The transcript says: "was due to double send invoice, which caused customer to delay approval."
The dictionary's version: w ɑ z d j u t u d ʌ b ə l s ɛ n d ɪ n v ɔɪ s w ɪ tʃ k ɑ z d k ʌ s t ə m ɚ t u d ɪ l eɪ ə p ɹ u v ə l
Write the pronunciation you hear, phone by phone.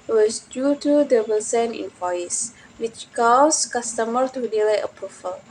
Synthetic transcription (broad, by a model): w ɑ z d j u t u d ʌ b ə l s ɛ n ɪ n p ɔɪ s w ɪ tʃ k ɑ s k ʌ s t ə m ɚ t u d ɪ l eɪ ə p ɹ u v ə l